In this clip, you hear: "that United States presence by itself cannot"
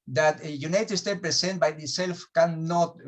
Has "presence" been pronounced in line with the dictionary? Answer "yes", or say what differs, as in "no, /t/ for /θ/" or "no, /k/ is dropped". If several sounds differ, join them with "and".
no, /s/ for /z/ and /s/ is dropped